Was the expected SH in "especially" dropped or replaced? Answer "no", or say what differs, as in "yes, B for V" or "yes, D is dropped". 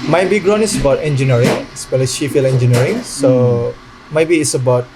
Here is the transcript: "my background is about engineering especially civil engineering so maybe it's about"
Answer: yes, SH is dropped